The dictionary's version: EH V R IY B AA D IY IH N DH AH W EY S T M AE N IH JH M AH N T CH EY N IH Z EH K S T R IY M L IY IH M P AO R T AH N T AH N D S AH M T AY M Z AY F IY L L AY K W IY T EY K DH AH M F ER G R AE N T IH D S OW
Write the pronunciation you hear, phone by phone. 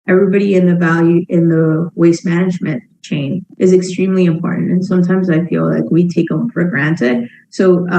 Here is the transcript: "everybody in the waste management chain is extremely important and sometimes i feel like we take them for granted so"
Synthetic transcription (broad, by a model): EH V R IY B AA D IY IH N DH AH W EY S T M AE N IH JH M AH N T CH EY N IH Z EH K S T R IY M L IY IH M P AO R T N T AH N S AH M T AY M Z AY F IY L L AY K W IY T EY K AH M F ER G R AE N T IH D S OW